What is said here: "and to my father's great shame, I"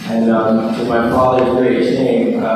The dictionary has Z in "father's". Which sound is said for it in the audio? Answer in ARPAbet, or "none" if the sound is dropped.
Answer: none